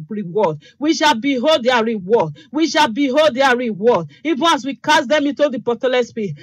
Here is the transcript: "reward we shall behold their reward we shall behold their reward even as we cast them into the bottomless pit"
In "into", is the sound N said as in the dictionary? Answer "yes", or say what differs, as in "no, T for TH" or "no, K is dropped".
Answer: yes